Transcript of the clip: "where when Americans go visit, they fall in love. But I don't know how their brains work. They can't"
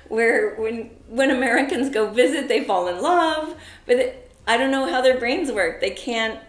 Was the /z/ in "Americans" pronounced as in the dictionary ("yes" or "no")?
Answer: yes